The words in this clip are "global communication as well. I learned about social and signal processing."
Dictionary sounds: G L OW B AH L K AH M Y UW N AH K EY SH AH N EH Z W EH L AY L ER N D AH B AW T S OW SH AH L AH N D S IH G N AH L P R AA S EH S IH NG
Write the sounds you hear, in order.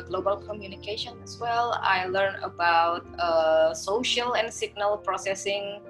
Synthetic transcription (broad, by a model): G L OW B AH L K AH M Y UW N AH K EY SH AH N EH S W EH L AY L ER N AH B AW T S OW SH AH L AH N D S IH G N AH L P R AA S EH S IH NG